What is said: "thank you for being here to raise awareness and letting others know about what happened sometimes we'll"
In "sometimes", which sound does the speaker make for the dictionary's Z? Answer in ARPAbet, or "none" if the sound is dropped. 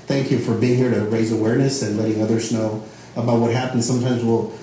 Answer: Z